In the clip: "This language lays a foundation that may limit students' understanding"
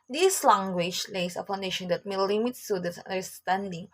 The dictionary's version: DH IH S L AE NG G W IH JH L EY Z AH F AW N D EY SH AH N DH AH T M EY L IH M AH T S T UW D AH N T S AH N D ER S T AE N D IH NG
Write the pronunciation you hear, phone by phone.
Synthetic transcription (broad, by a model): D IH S L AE NG G W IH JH L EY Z AH P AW N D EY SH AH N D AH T M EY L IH M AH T S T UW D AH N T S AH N D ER S T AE N D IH NG